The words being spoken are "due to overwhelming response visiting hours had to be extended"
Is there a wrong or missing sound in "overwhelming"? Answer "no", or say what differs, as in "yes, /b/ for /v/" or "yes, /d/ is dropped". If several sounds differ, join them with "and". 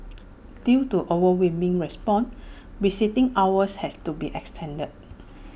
yes, /l/ is dropped